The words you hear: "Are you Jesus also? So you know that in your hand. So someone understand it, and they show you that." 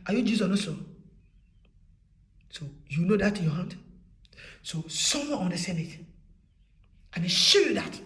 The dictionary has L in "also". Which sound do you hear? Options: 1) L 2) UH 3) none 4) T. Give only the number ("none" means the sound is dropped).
3